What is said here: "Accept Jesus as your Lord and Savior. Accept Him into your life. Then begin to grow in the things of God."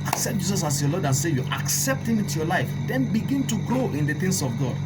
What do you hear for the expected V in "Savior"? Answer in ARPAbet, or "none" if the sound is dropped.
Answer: none